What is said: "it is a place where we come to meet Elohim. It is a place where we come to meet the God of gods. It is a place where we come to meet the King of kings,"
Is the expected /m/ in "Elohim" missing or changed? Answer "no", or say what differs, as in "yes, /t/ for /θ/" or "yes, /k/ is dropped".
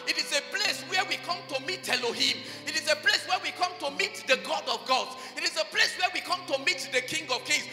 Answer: no